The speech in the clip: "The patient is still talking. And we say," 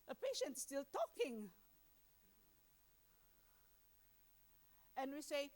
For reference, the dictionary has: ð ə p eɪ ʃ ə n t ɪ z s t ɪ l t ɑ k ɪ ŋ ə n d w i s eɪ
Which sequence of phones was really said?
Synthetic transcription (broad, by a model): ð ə p eɪ ʃ ə n t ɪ s t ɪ l t ɑ k ɪ ŋ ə n w i s eɪ